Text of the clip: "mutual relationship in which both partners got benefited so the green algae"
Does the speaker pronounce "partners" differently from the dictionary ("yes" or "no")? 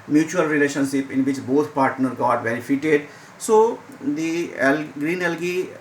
yes